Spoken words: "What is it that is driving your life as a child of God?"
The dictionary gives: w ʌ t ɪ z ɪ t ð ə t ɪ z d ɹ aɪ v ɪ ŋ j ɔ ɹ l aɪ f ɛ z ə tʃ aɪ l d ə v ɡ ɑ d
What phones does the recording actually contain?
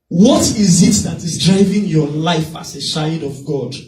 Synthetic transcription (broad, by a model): w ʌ t ɪ z ɪ t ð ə t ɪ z d ɹ aɪ v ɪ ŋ j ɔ l aɪ f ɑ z ə ʃ aɪ d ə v ɡ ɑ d